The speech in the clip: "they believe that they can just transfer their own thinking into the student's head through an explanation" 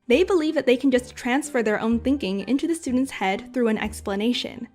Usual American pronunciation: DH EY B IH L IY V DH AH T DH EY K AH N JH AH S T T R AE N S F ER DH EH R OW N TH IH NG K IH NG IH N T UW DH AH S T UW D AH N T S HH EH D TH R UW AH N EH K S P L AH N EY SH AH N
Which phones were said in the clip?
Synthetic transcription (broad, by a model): DH EY B IH L IY V DH AH T DH EY K N JH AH S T T R AE N S F ER DH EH R OW N TH IH NG K IH NG IH N T UW DH AH S T UW D N T S HH EH D TH R UW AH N EH K S P L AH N EY SH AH N